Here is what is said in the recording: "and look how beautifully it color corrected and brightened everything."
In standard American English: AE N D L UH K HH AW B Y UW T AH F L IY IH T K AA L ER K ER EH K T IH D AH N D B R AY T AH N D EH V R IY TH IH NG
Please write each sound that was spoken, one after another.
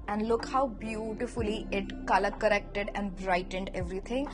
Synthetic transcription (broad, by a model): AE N D L UH K HH AW B Y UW T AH F L IY IH T K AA L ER K ER EH K T IH D AH N D B R AY T AH N D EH V R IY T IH NG